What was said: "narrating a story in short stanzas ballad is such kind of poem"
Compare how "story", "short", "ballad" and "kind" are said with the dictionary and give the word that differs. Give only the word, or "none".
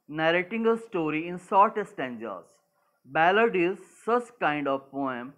short